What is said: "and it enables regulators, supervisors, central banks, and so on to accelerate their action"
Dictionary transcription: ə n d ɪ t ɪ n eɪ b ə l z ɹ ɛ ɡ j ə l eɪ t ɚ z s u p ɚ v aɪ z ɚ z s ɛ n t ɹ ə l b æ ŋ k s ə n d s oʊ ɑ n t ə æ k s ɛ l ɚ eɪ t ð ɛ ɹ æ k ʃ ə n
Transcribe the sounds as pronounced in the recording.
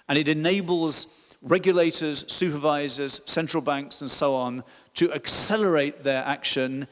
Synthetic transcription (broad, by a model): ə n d ɪ t ɪ n eɪ b ə l z ɹ ɛ ɡ j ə l eɪ t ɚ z s u p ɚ v aɪ z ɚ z s ɛ n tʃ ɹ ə l b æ ŋ k s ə n s oʊ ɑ n t ə æ k s ɛ l ɚ eɪ t ð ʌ ɹ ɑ k ʃ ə n